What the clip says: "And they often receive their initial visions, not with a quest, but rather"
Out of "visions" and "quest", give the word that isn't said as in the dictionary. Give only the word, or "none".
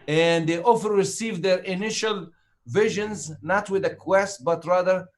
none